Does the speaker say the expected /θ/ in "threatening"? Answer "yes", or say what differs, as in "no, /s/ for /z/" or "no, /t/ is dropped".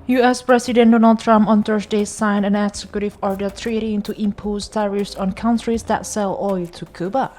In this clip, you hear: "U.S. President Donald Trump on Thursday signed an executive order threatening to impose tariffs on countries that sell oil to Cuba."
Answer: no, /t/ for /θ/